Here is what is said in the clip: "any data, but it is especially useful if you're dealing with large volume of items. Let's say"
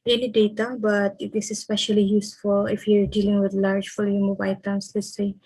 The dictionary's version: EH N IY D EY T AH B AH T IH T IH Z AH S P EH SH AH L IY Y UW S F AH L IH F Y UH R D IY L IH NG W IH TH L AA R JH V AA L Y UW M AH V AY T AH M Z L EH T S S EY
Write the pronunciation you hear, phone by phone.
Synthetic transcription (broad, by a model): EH N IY D EY T AH B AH T IH T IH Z AH S P EH SH AH L IY Y UW S F AH L IH F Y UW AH D IY L IH NG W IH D L AA R JH F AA L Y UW M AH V AY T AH M S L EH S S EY